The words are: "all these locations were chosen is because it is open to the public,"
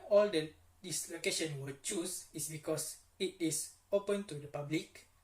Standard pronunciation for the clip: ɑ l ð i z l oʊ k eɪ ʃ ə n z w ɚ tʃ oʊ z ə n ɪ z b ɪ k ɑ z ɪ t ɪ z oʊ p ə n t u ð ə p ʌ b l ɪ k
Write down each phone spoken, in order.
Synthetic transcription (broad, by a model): ɑ l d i s l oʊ k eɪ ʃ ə n w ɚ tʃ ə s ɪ s b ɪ k ɑ s ɪ t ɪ s oʊ p ə n t u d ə p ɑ b l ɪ k